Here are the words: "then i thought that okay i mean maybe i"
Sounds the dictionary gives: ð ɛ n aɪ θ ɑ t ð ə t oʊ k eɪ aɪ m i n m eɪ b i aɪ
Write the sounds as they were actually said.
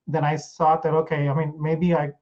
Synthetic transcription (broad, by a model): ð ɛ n aɪ s ɑ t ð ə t oʊ k eɪ aɪ m i n m eɪ b i aɪ